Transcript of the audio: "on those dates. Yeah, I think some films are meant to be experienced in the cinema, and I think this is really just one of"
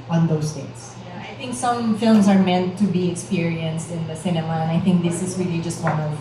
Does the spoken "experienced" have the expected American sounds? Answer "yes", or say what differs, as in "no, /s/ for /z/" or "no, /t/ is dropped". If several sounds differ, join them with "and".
yes